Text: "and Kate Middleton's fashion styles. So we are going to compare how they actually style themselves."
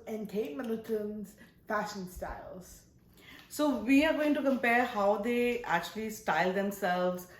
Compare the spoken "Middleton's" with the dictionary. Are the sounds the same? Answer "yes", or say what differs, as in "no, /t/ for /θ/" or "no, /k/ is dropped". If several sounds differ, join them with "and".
no, /l/ is dropped